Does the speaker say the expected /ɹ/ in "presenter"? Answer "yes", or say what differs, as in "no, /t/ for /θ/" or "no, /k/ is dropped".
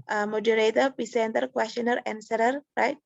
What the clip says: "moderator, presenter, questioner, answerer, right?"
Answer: no, /ɹ/ is dropped